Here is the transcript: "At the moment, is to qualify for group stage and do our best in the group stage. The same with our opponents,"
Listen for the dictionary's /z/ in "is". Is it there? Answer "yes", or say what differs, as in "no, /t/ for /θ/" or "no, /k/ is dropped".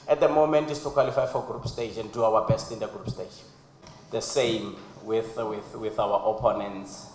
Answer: no, /s/ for /z/